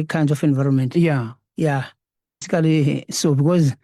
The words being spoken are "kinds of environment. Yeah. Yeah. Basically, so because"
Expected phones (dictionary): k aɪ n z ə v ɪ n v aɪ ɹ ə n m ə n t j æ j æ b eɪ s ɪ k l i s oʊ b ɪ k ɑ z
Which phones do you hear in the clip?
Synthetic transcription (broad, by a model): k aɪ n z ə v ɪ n v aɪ ɹ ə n m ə n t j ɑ j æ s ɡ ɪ l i s oʊ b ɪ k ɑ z